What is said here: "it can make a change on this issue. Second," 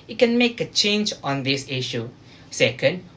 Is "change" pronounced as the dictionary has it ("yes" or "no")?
yes